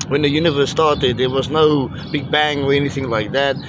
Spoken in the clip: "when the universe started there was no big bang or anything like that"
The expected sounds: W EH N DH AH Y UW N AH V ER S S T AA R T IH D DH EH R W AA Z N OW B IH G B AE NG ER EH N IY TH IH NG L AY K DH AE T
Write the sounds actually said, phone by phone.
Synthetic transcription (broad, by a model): W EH N DH AH Y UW N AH V ER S S T AA R T IH D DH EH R W AA Z N OW B IH G B AE NG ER EH N IY TH IH NG L AY K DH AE T